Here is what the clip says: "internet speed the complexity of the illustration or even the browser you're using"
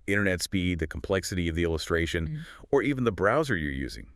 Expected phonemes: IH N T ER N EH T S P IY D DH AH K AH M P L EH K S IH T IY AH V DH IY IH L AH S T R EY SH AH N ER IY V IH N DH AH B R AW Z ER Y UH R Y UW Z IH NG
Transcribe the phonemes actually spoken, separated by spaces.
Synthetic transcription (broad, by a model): IH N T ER N EH T S P IY D DH AH K M P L EH K S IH T IY AH V DH IY IH L AH S T R EY SH AH N ER IY V N DH AH B R AW Z ER Y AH R Y UW Z IH NG